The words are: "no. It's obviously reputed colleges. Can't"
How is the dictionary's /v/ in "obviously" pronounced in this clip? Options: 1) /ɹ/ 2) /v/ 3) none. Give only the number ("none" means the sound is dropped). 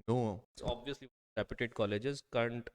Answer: 2